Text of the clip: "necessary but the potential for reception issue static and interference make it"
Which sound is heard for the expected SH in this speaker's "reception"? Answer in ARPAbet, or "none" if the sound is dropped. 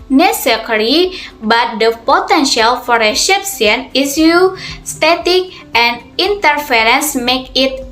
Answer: S